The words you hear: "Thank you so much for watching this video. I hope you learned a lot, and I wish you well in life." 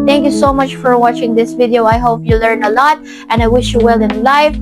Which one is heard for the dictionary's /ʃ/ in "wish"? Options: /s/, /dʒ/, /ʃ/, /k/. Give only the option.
/ʃ/